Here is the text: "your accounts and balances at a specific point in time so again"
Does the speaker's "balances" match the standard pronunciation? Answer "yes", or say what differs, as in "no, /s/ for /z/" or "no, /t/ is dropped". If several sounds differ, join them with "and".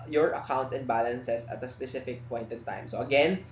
no, /s/ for /z/